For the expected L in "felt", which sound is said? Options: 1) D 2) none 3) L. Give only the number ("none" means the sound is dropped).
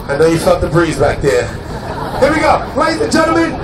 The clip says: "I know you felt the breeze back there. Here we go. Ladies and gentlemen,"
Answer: 2